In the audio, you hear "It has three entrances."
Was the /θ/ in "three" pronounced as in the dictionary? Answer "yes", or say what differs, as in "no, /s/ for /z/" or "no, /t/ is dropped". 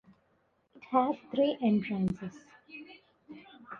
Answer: no, /t/ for /θ/